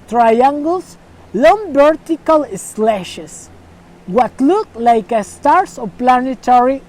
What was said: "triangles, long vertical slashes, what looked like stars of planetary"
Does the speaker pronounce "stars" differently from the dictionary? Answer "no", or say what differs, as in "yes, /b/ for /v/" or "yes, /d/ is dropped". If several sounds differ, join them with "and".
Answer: yes, /s/ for /z/